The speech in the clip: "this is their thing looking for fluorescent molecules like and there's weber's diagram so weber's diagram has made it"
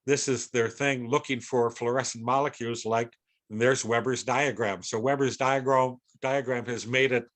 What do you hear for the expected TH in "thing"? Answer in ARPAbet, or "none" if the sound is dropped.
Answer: TH